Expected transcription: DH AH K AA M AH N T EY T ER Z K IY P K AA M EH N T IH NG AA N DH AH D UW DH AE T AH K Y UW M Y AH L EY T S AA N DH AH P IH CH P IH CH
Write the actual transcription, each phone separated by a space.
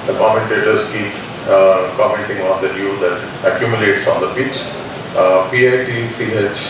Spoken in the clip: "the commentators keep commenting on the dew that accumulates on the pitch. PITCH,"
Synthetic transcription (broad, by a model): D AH K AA M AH N T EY T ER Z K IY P K AA M EH N T IH NG AA N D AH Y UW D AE T AH K Y UW M Y AH L EY T S AA N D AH P IH CH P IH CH